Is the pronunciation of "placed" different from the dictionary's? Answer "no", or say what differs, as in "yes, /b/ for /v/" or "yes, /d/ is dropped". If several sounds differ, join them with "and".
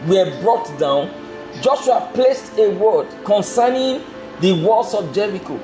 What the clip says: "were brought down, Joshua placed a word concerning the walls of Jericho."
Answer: no